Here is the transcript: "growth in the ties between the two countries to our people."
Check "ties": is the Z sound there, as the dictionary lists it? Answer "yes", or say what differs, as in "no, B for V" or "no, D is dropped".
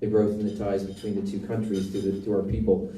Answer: yes